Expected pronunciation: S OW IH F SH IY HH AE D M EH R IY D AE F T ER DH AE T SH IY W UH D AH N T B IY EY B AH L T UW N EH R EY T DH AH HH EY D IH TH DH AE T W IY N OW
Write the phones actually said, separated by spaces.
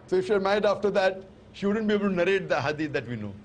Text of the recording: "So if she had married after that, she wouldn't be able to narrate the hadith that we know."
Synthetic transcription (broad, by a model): S OW IH F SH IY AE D M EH IY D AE F T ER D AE T SH IY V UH D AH N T B IY EY B AH L T UW N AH R EY T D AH HH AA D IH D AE T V IY N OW